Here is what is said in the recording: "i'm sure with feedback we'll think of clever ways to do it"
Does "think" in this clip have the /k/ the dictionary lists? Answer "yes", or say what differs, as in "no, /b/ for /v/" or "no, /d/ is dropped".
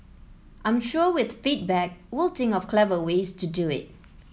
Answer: no, /k/ is dropped